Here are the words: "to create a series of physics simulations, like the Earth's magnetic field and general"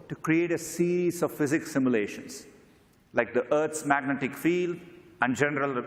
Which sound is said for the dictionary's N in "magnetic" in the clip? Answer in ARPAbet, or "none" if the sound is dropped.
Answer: N